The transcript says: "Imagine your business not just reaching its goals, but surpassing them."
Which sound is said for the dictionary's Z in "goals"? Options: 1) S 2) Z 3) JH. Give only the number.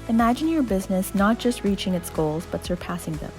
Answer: 2